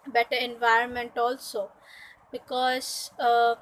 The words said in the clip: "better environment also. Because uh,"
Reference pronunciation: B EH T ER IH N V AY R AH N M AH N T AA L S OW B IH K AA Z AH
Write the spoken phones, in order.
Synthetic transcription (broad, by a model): B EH T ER IH N V AY R AH N M AH N T AA L S OW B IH K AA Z